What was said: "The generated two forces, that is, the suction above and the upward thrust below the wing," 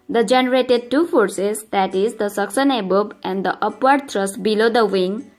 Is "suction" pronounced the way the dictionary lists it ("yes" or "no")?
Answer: no